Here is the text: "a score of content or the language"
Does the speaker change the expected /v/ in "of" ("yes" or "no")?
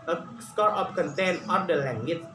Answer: yes